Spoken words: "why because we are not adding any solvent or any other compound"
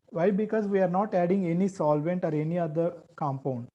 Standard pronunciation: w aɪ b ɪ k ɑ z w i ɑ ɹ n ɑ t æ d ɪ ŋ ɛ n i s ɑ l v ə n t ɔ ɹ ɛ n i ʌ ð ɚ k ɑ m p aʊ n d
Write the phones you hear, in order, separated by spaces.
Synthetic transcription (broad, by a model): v aɪ b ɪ k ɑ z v i ɑ ɹ n ɑ t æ d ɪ ŋ ɛ n i s ɑ l v ə n t ɔ ɹ ɛ n i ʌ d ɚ k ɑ m p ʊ n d